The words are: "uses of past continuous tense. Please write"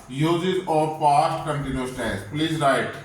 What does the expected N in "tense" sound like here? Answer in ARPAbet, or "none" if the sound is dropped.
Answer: none